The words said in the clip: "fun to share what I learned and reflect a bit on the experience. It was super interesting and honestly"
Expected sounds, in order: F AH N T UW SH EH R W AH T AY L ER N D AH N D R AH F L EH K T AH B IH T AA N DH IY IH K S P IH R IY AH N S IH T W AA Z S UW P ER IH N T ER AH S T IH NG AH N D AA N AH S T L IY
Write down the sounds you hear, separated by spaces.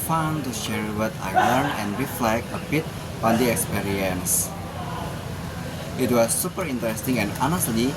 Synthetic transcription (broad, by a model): F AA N T UW SH EH R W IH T AY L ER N AH N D R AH F L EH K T AH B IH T AA N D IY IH K S P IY R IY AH N S IH T W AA S UW P ER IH N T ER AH S T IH NG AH N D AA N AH S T L IY